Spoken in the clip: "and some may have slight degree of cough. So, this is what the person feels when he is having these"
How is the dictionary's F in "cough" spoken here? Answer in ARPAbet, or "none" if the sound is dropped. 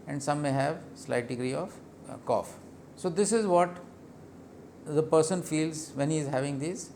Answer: F